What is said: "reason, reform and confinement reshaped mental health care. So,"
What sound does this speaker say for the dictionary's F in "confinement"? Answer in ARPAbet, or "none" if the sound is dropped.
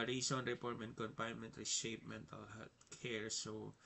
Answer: P